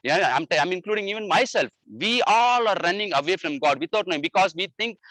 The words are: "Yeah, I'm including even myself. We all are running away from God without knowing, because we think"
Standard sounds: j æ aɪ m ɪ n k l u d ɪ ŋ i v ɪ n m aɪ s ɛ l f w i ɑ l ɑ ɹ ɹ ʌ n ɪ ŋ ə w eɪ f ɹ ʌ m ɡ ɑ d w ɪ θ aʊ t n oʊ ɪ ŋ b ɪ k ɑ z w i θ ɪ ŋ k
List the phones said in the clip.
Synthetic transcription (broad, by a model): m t aɪ m ɪ n k l u d ɪ ŋ i v ɪ n m aɪ s ɛ l f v i ɑ l ɑ ɹ ɹ ʌ n ɪ ŋ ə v eɪ f ɹ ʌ m ɡ ɑ d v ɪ t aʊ t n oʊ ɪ b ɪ k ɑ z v i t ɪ ŋ k